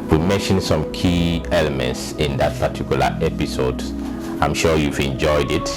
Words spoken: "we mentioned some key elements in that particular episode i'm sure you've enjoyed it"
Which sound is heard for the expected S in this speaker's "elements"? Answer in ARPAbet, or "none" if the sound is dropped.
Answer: S